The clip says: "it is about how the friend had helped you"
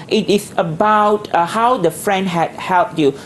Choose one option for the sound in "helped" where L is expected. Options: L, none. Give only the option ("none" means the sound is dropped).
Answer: L